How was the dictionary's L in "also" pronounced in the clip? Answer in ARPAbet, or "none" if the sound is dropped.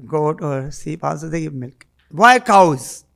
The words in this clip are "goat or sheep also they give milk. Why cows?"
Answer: none